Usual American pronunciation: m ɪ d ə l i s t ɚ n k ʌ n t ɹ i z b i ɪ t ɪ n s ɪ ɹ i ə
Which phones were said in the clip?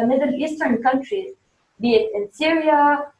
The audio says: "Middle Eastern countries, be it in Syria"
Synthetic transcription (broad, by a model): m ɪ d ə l i s t ɚ n k ʌ n t ɹ i z b i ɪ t ɪ n s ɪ ɹ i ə